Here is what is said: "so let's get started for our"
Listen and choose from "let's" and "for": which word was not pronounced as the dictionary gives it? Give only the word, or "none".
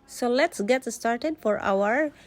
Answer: none